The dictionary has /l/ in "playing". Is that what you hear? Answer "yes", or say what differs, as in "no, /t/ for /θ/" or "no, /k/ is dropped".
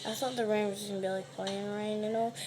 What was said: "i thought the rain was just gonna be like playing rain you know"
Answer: no, /l/ is dropped